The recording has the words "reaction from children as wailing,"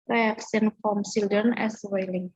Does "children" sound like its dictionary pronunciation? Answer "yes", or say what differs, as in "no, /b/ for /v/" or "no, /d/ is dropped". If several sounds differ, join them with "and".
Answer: no, /s/ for /tʃ/ and /ɹ/ is dropped